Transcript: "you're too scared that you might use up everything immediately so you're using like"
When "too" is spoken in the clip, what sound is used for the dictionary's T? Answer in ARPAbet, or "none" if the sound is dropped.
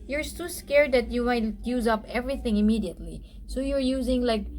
S